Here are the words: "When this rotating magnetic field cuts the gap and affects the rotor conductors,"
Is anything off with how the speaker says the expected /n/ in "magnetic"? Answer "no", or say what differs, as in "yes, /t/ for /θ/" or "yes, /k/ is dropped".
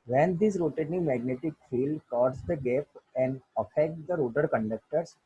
no